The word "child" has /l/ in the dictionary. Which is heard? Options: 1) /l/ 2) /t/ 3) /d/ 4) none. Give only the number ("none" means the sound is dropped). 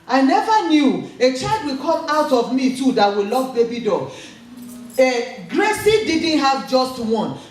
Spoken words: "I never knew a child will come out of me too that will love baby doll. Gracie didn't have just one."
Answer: 1